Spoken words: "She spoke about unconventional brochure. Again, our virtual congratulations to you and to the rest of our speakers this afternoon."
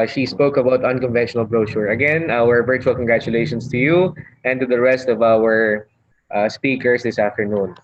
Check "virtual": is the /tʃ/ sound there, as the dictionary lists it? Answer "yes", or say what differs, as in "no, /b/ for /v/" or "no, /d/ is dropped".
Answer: yes